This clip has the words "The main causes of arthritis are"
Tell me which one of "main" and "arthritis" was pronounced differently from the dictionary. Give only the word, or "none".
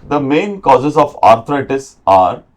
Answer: arthritis